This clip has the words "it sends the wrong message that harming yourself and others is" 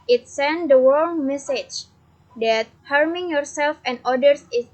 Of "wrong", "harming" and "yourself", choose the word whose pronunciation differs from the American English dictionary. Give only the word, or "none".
wrong